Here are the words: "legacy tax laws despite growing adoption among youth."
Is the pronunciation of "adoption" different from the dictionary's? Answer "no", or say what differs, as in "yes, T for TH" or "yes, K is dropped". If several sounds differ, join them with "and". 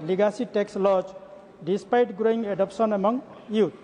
yes, S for SH